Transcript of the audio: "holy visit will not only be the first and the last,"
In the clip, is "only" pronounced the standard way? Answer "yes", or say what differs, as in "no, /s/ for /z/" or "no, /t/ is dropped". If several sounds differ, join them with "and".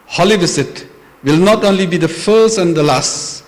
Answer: yes